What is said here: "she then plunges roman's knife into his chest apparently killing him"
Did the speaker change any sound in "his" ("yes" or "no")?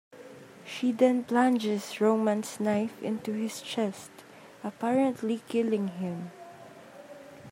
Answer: yes